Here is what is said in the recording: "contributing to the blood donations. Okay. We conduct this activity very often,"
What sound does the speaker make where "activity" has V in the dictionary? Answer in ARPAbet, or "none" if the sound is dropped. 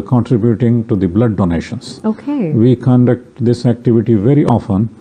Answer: V